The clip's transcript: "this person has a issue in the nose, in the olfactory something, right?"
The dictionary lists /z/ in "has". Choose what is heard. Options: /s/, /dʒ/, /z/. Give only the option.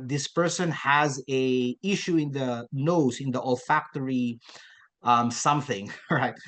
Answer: /z/